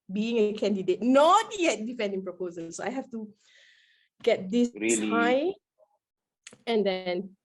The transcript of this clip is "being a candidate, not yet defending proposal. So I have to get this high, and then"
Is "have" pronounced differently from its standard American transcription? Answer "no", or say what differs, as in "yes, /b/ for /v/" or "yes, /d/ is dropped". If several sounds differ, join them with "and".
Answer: yes, /f/ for /v/